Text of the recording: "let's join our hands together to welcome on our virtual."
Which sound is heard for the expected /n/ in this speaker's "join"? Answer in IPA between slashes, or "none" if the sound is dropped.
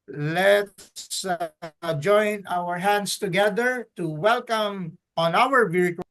/n/